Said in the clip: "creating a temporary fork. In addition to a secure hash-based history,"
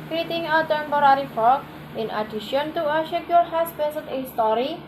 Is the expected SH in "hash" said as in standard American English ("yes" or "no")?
no